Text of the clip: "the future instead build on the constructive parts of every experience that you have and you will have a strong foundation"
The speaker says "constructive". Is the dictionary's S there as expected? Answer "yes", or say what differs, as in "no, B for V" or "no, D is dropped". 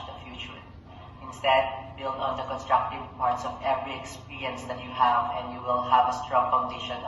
yes